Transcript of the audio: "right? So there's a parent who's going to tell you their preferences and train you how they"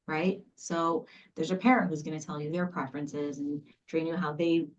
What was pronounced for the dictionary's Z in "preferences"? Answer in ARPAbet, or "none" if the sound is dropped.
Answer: Z